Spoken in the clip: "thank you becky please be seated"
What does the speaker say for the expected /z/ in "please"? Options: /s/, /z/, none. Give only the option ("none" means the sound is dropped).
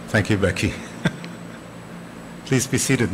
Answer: /z/